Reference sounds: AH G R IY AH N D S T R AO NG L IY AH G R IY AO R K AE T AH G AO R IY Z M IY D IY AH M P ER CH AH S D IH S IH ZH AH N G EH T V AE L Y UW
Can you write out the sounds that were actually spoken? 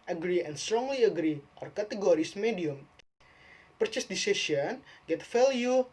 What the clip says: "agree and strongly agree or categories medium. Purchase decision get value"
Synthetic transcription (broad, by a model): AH G R IY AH N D S T R AO NG L IY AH G R IY AO R K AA T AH G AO R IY S M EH D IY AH M P ER CH AH S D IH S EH SH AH N G EH T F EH L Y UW